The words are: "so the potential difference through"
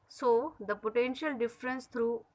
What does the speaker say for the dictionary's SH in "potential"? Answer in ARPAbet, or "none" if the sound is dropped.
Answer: SH